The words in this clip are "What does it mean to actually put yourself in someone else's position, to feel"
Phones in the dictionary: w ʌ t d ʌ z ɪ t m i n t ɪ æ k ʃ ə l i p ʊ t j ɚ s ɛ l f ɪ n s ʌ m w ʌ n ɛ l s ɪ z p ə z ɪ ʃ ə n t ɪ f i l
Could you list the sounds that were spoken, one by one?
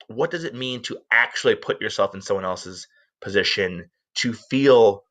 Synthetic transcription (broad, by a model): w ʌ t d ʌ z ɪ t m i n t ɪ æ k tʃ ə l i p ʊ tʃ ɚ s ɛ l f n s ʌ m w ʌ n ɛ l s ɪ z p ə z ɪ ʃ ə n t ɪ f i l